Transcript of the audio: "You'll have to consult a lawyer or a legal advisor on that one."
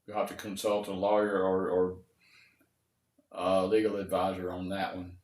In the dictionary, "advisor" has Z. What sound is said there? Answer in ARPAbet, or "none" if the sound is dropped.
Z